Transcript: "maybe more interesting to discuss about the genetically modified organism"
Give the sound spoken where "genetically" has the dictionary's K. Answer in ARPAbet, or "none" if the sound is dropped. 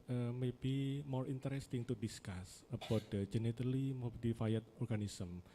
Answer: none